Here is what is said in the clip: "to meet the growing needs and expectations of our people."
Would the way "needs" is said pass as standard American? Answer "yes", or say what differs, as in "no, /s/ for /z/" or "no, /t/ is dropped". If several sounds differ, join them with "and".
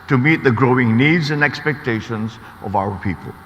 yes